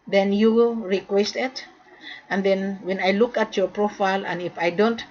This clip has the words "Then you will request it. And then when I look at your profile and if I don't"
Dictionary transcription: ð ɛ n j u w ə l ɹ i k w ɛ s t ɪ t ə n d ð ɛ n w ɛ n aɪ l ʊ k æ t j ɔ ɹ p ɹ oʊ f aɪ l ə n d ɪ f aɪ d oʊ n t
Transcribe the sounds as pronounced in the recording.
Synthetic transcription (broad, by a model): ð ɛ n j u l ɹ i k w ɛ s t ɪ t ə n d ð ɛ n w ɛ n aɪ l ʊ k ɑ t j ɔ ɹ p ɹ oʊ f aɪ l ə n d ɪ f aɪ d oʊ n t